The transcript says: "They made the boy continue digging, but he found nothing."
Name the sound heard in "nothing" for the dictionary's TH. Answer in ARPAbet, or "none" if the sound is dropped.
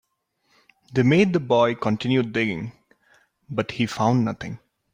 T